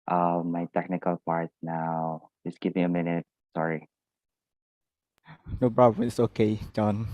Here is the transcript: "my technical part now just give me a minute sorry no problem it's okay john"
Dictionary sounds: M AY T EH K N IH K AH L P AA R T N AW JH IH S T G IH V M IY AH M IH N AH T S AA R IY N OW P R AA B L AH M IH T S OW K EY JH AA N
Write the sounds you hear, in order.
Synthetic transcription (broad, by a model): M AY T EH K N IH K AH L P AA R T N AW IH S G IH V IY AH M IH N AH T S AA R IY N OW B R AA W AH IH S OW K EY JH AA N